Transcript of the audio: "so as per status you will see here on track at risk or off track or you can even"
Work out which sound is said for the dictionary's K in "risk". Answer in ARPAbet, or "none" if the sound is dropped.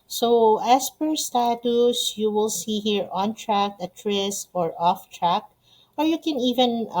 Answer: none